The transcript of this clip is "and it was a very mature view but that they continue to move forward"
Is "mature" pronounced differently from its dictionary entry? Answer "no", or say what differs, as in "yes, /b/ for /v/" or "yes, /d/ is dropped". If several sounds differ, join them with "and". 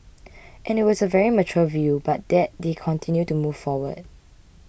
yes, /l/ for /ɹ/